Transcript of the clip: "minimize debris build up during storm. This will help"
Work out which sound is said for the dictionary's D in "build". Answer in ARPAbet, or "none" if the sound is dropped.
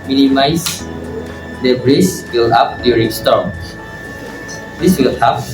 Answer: none